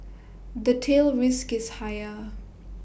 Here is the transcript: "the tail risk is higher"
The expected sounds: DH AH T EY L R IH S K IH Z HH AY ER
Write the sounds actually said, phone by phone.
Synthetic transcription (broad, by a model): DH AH T EY L R IH S K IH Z HH AY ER